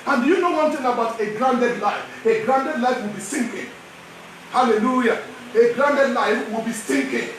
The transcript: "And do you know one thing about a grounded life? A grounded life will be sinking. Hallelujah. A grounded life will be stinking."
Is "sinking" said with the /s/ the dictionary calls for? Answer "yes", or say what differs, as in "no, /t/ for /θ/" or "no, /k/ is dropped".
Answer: yes